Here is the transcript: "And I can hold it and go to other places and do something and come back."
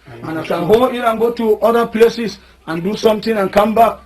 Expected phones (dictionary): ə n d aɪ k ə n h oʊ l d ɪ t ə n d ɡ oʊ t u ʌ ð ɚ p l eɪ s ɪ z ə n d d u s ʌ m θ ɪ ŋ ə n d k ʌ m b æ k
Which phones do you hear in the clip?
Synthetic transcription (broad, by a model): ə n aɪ k ə n h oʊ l ɪ t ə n ɡ oʊ t u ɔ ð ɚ p l eɪ s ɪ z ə n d d u s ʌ m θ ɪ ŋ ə n k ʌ m b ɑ k